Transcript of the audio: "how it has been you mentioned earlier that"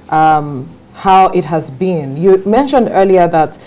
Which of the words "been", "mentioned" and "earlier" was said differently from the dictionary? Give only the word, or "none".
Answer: none